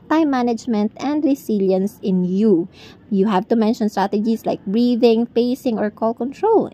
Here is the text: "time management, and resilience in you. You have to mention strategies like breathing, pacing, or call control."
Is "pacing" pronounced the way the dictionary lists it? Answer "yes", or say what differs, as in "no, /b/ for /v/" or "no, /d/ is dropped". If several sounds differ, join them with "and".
no, /f/ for /p/